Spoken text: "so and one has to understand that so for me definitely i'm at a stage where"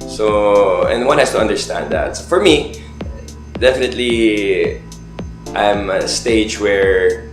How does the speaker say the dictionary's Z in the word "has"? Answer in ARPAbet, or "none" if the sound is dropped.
S